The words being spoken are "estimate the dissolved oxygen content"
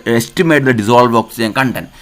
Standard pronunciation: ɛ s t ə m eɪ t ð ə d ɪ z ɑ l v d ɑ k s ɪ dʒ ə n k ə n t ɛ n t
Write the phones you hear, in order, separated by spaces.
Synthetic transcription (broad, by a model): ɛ s t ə m eɪ t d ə d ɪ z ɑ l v ɑ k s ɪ ə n k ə n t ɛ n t